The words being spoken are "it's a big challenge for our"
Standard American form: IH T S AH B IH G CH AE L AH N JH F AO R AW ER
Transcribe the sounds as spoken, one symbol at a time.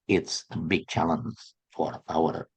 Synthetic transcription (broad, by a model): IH T S AH B IH G CH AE L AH N Z F AO R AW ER